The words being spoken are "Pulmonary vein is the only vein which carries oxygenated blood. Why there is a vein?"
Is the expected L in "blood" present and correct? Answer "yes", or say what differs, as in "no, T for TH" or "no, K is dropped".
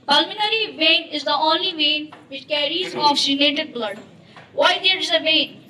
yes